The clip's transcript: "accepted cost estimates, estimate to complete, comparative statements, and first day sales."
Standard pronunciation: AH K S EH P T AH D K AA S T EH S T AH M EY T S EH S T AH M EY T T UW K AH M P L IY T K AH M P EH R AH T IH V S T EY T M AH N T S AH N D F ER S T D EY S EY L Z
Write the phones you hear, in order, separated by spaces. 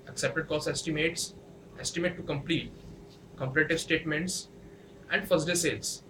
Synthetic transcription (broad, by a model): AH K S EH P T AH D K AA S EH S T AH M EY T S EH S T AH M EY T T UW K AH M P L IY T K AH M P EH R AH T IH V S T EY T M AH N T S AH N D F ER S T D EY S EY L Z